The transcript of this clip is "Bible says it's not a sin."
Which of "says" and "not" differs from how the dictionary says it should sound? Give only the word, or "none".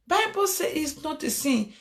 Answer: says